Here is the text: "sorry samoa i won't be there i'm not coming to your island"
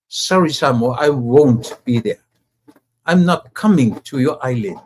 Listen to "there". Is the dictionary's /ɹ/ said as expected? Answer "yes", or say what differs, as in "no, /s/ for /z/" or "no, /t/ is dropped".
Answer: yes